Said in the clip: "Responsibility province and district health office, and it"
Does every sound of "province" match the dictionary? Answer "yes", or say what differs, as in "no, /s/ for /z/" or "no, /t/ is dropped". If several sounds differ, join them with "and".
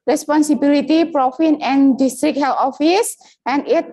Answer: no, /f/ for /v/ and /s/ is dropped